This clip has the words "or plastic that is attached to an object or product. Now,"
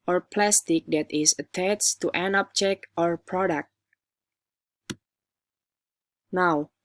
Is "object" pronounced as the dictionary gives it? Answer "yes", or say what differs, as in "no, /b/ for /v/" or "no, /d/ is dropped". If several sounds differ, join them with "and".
no, /t/ is dropped